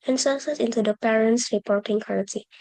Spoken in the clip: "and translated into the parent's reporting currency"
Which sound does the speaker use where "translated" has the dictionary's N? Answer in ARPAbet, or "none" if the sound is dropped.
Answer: none